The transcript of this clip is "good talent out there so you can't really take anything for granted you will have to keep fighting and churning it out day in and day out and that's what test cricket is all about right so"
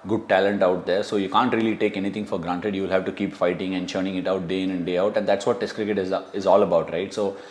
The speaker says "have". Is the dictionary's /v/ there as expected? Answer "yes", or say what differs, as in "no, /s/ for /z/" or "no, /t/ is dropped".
yes